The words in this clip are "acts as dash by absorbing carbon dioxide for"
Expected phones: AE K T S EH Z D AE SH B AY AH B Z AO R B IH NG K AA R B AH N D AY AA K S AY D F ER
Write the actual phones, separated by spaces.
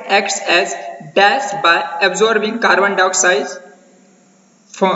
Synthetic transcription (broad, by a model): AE K T S EH Z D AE S B AY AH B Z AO R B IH NG K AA R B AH N D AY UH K S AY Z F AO